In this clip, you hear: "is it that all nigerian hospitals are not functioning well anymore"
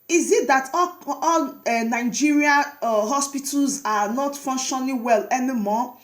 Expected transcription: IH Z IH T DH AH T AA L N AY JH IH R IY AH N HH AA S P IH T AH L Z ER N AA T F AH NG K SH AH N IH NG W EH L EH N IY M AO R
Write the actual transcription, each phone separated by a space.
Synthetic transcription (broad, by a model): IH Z IH T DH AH T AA L N AY JH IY R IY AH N HH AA S P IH T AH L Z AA N AA T F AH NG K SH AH L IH W EH L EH N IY M AO